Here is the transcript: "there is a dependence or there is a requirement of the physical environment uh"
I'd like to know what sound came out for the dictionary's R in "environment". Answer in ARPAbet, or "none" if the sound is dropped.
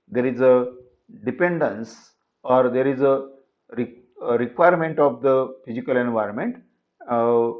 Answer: R